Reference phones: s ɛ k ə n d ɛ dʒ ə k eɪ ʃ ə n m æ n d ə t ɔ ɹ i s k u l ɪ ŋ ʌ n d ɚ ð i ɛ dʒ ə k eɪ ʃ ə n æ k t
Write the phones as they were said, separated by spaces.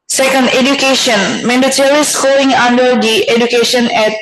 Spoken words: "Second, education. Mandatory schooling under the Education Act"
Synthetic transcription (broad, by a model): s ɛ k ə n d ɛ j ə k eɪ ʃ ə n m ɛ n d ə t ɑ l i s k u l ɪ ŋ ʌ n d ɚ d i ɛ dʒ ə k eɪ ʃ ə n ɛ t